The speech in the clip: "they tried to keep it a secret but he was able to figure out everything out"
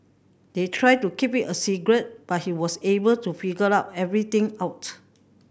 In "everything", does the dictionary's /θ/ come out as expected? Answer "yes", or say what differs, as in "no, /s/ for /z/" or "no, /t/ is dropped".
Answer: no, /t/ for /θ/